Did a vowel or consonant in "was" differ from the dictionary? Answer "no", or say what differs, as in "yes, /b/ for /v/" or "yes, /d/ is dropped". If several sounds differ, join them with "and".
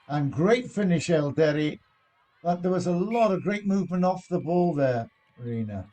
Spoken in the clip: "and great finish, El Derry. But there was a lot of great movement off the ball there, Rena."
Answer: no